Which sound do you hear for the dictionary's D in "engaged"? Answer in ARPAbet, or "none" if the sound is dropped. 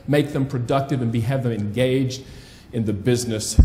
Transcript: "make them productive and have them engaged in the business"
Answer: D